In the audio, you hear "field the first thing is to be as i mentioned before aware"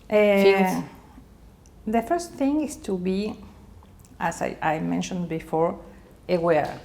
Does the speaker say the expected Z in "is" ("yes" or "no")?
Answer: no